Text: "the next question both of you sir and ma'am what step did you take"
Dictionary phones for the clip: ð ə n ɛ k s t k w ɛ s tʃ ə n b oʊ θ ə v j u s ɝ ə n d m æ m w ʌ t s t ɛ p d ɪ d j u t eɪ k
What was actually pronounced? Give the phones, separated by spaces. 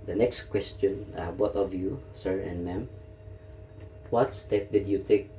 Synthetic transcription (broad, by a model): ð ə n ɛ k s t k w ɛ s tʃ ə n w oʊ t ə v j u s ɝ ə n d m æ m w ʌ t s t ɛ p d ɪ d j u t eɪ k